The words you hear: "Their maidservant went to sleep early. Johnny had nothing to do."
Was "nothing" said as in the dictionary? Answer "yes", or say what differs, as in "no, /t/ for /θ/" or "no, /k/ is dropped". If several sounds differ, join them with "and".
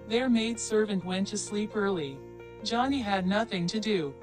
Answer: yes